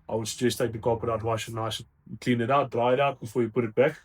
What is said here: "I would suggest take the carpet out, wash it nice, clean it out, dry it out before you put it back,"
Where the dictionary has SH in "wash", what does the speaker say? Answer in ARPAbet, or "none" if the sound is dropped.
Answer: none